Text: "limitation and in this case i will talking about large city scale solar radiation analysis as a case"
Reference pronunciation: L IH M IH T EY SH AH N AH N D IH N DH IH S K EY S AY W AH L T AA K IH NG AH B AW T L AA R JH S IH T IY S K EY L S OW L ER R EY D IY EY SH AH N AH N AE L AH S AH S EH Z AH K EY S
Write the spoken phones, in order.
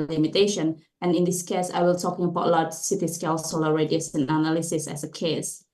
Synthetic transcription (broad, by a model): L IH M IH T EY SH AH N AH N IH N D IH S K EY S AY W AH L T AA K IH NG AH B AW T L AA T S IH T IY S K EY L S OW L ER R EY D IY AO S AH N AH N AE L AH S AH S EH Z AH K EY S